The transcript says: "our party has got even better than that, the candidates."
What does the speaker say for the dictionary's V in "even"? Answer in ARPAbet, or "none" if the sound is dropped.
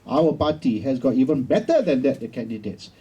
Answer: V